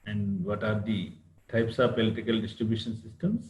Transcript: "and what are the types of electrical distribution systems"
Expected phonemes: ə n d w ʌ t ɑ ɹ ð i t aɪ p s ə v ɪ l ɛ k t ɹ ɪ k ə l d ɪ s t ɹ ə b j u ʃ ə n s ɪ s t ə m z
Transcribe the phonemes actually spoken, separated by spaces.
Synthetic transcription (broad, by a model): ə n d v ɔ t ɑ ɹ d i t aɪ p s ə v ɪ l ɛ t ɪ k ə l d ɪ s t ɹ ə b j u ʃ ə n s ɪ s t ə m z